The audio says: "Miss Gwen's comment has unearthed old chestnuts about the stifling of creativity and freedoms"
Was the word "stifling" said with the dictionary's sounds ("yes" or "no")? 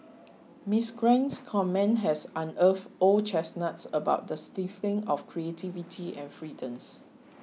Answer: no